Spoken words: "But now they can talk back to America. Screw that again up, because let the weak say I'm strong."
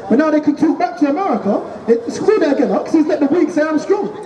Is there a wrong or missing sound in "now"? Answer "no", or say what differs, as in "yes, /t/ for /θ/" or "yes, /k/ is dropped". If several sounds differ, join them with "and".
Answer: no